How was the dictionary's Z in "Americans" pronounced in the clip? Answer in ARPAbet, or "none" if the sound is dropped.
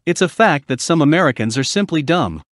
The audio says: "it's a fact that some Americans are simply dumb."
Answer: Z